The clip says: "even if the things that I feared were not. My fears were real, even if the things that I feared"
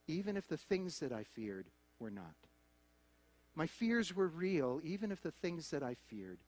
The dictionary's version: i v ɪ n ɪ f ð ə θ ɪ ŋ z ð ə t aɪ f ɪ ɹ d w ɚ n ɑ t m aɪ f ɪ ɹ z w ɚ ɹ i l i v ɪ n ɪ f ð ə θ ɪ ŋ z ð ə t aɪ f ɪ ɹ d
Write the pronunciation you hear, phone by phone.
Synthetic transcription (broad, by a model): i v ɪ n ɪ f ð ə θ ɪ ŋ z ð ə t aɪ f ɪ ɹ d w ɚ n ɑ t m aɪ f ɪ ɹ z w ɚ ɹ i l i v ɪ n ɪ f ð ə θ ɪ ŋ z ð ə t aɪ f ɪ ɹ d